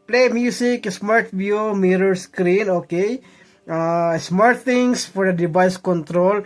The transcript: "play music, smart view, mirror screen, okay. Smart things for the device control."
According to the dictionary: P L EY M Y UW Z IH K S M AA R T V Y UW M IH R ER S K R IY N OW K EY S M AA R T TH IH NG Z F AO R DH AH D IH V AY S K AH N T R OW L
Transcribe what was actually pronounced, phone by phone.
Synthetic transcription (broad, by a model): P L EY M Y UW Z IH K S M AA R T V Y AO M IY R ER S K R IY N OW K EY S M AA R T T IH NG S F AO R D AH D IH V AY S K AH N T R OW L